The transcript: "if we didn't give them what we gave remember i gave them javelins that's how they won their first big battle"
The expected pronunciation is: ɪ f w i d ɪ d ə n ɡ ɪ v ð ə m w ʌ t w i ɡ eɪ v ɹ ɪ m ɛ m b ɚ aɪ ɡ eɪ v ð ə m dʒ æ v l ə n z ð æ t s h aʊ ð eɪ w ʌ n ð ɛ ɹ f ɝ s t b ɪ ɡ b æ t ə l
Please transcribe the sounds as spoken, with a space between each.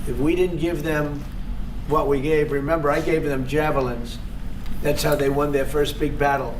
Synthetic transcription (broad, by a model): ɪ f w i d ɪ d n ɡ ɪ v ð ə m w ʌ t w i ɡ eɪ v ɹ ɪ m ɛ m b ɚ aɪ ɡ eɪ v ð ə m dʒ æ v l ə n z ð æ t s h aʊ ð eɪ w ʌ n ð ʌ ɹ f ɝ s t b ɪ ɡ b æ t l